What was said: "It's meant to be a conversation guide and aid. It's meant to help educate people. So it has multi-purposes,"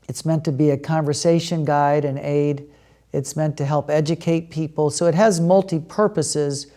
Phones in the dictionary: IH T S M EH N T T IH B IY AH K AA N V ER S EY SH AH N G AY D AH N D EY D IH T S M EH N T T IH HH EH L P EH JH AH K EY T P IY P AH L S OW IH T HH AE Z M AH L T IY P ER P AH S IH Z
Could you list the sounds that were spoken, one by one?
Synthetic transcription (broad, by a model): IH T S M EH N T T IH B IY AH K AA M V ER S EY SH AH N G AY D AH N EY D IH T S M EH N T T IH HH EH L P EH JH AH K EY T P IY P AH L S OW IH T HH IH Z M AH L T IY P ER P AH S IH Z